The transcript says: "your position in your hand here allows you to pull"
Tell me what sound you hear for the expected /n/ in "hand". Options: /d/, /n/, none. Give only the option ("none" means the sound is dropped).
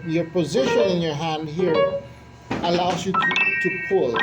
/n/